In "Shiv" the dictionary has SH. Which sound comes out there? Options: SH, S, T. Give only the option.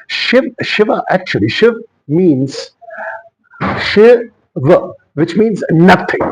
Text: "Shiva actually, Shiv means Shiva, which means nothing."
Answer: SH